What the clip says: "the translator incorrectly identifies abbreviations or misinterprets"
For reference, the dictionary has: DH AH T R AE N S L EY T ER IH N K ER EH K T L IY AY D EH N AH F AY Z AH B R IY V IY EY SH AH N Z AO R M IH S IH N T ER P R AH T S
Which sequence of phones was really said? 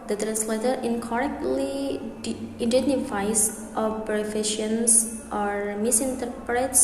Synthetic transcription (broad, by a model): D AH T R AE N S L EY T ER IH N K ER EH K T L IY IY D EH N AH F AY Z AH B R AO F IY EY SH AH N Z AO R M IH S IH N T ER P R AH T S